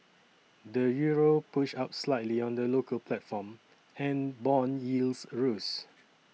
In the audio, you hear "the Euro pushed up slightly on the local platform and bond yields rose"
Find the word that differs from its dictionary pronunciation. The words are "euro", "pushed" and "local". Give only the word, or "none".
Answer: pushed